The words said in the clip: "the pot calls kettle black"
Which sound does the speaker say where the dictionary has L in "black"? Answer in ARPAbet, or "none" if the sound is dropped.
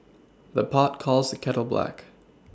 L